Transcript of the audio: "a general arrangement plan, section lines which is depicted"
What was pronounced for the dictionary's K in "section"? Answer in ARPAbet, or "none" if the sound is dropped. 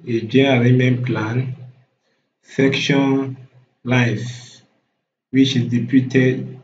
K